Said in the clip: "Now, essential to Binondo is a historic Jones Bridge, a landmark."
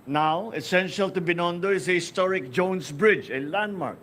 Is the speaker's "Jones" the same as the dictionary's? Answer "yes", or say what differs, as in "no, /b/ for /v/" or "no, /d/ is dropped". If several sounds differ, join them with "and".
no, /s/ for /z/